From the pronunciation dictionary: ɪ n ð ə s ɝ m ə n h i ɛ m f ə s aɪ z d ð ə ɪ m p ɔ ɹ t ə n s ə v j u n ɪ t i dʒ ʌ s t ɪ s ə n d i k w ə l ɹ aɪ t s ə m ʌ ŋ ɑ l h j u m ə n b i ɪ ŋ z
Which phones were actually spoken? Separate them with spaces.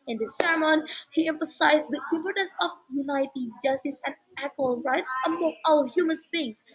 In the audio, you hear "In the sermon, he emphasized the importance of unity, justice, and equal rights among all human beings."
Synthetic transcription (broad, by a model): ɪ n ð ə s ɝ m ə n h i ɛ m f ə s aɪ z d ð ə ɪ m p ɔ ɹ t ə n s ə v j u n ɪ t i dʒ ʌ s t ɪ s ə n d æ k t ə l ɹ aɪ t s ə m ʌ ŋ ɑ l h j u m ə n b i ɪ ŋ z